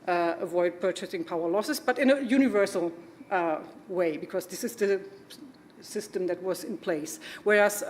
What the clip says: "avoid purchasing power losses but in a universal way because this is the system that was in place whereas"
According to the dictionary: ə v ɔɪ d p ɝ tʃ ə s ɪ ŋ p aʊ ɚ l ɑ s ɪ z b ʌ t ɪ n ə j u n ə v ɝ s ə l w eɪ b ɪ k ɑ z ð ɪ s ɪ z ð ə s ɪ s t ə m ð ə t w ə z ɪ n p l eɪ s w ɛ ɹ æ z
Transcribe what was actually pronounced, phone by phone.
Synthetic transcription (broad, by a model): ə v ɔɪ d p ɝ tʃ ə s ɪ ŋ p aʊ ɚ l ɑ s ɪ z b ʌ t ɪ n ə j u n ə v ɝ s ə l w eɪ b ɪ k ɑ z ð ɪ s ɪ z ð ə s ɪ s t ə m ð ə t w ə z ɪ n p l eɪ s w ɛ ɹ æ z